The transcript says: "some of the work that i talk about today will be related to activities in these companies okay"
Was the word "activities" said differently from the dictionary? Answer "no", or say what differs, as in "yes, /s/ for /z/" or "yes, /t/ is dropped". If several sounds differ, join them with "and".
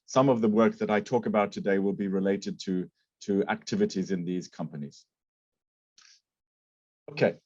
no